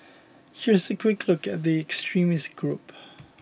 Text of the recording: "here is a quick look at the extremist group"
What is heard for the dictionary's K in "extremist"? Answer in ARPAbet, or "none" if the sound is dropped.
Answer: K